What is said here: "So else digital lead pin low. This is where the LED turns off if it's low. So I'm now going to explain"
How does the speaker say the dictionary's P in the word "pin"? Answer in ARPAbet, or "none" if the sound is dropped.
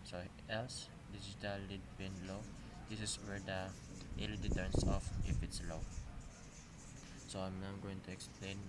B